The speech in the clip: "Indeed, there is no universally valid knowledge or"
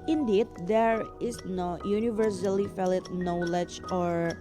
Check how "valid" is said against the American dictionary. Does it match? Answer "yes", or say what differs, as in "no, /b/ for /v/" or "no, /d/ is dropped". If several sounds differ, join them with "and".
no, /f/ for /v/